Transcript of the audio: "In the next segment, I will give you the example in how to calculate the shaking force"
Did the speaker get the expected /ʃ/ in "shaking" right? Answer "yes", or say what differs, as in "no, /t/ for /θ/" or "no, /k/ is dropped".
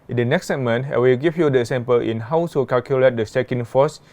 no, /s/ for /ʃ/